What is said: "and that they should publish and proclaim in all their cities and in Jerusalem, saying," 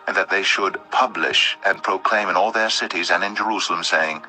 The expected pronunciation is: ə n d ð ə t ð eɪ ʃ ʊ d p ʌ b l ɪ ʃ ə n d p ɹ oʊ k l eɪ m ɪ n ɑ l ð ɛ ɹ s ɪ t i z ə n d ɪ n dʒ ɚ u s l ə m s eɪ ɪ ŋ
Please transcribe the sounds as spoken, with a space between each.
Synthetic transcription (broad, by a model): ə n ð ə t ð eɪ ʃ ʊ d p ʌ b l ɪ ʃ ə n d p ɹ oʊ k l eɪ m ɪ n ɑ l ð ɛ ɹ s ɪ t i z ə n ɪ n dʒ ɚ u s l ə m s eɪ ɪ ŋ